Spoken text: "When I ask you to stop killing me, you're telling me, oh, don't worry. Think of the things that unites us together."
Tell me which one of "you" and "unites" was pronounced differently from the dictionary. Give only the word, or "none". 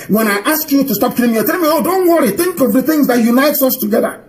none